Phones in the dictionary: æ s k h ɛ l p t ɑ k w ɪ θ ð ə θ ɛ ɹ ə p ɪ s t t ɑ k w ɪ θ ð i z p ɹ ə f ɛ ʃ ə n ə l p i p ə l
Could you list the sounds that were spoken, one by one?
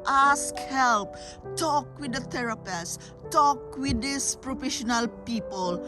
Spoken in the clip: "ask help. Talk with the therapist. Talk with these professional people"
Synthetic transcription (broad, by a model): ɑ s k h ɛ l p t ɑ k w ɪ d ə t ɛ ɹ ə p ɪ s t t ɑ k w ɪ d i s p ɹ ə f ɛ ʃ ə n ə l p i p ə l